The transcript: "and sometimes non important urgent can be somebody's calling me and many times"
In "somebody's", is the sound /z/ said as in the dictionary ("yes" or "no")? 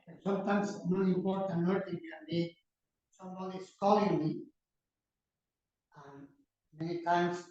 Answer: no